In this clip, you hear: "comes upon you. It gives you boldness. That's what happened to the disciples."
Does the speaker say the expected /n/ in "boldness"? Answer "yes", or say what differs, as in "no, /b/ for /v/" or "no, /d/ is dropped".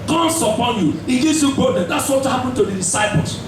no, /n/ is dropped